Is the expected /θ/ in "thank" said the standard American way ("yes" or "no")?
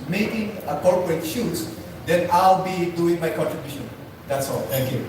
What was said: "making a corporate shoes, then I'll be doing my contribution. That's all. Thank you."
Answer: no